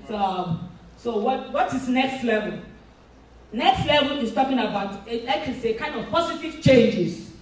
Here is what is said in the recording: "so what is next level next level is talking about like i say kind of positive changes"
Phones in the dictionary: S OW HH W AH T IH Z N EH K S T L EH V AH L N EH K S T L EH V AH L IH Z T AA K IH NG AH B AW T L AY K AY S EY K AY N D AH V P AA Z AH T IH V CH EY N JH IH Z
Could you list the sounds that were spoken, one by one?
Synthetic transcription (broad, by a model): S OW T W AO T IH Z N EH K S T L EH V AH L N EH K S T L EH V AH L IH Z T AA K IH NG AH B AW T L AY K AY S EY K AY N D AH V P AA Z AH T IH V CH EY N JH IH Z